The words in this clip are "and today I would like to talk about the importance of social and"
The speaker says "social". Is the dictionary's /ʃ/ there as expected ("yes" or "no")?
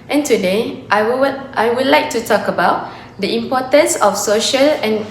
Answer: yes